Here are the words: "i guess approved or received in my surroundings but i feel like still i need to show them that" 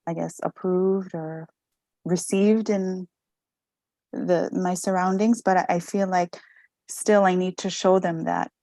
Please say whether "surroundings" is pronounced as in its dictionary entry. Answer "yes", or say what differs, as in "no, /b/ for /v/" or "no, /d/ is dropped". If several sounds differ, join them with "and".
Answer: yes